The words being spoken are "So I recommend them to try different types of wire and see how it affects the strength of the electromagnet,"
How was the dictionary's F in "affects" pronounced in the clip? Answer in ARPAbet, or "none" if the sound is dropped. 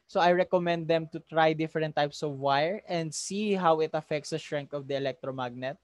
F